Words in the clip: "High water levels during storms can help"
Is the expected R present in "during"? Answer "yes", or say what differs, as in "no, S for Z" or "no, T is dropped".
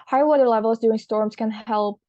no, R is dropped